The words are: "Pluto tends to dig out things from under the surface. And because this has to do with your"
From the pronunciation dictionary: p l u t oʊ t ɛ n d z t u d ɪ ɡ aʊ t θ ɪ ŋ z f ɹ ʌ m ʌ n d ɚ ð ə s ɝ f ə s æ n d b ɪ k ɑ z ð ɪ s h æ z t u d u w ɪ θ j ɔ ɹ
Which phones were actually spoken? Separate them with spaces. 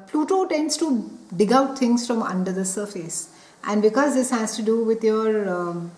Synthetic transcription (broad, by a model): p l u t oʊ t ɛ n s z t u d ɪ ɡ aʊ t t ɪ ŋ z f ɹ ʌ m ʌ n d ɚ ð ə s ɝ f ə s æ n d b ɪ k ɑ z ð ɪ s h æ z t u d u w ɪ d j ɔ ɹ